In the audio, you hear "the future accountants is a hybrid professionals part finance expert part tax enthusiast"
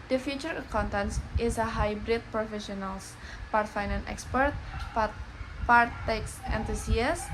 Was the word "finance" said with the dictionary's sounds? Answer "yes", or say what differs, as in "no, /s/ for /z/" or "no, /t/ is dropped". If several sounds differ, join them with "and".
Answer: no, /s/ is dropped